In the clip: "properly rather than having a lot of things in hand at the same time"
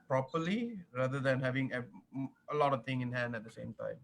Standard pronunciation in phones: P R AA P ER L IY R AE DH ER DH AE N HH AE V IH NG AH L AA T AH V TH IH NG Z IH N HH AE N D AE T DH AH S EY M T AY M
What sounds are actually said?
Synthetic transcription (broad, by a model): P R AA P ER L IY R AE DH ER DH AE N HH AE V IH NG AH L AA T AH V T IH NG IH N HH AE N D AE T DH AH S EY M T AY M